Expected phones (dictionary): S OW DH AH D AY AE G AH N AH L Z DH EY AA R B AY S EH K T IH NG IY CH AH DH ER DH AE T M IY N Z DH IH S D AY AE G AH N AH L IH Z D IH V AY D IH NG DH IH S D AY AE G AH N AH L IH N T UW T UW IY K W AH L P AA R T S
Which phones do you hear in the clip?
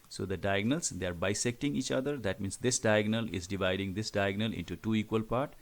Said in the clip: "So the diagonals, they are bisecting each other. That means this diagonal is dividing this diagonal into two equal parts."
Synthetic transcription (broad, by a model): S OW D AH D AY G N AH L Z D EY AA R B AY S EH K T IH NG IY CH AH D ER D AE T M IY N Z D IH S D AY G N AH L IH Z D IH V AY D IH NG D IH S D AY G N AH L IH N T UW T UW IY K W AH L P AA R T